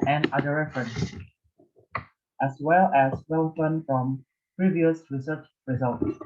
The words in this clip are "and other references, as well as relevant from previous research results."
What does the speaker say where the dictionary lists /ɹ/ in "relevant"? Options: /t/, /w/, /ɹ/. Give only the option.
/w/